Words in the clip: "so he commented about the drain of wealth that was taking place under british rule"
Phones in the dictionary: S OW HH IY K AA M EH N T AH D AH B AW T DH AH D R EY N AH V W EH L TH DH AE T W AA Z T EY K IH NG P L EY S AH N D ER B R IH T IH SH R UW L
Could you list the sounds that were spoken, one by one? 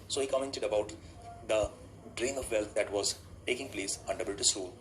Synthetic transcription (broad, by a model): S OW HH IY K AA M EH N T AH D AH B AW T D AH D R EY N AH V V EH L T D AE T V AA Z T EY K IH NG P L EY S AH N D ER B IH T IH S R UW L